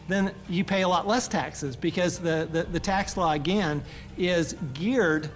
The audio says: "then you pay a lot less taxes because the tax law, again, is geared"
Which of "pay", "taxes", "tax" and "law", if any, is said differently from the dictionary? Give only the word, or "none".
none